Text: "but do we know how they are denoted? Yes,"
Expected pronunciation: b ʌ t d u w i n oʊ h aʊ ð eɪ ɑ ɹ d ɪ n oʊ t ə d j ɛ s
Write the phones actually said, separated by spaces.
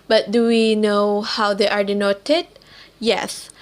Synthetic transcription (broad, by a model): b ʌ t d u w i n oʊ h aʊ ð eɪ ɑ ɹ d ɪ n oʊ t ə d j ɛ s